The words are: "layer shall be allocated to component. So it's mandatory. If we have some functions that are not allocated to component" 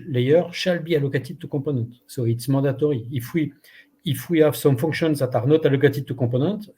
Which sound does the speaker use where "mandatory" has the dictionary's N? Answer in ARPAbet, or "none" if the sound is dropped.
none